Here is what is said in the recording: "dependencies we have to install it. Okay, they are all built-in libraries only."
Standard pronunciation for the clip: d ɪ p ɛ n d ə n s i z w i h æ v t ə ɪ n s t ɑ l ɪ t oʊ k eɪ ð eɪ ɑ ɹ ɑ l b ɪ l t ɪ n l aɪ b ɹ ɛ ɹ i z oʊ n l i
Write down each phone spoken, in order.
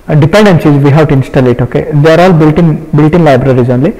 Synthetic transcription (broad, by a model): d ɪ p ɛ n d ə n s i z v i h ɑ w t ə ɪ n s t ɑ l ɪ t oʊ k eɪ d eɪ ɑ ɹ ɑ l b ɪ l t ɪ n l aɪ b ɹ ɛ ɹ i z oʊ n l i